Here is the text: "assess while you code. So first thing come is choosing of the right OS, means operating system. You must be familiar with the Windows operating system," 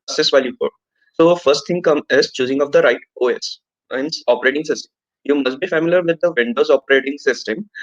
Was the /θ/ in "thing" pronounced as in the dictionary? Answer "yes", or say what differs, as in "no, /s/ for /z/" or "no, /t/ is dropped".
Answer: no, /t/ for /θ/